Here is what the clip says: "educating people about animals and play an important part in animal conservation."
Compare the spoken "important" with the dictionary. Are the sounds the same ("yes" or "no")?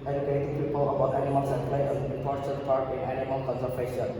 no